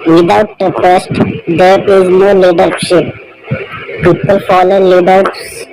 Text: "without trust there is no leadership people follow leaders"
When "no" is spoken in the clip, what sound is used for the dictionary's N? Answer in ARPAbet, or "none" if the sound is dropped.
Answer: N